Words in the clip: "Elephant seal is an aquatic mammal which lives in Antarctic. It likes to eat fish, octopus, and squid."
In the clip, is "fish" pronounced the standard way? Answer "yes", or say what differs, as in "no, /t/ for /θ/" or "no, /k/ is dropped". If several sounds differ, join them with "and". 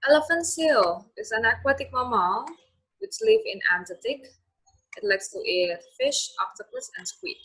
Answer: yes